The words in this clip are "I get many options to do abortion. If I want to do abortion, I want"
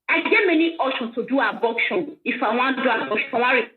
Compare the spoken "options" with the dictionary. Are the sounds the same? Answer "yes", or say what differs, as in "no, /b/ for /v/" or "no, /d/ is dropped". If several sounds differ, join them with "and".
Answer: no, /p/ is dropped and /s/ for /z/